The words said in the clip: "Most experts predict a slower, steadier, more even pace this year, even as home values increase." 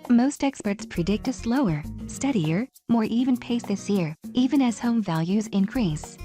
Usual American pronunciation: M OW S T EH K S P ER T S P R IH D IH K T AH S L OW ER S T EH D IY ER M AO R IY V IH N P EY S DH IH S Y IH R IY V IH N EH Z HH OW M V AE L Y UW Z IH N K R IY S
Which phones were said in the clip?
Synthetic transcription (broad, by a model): M OW S T EH K S P ER T S P R IH D IH K T AH S L OW ER S T EH D IY ER M AO R IY V IH N P EY S DH IH S Y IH R IY V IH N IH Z HH OW M V AE L Y UW Z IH N K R IY S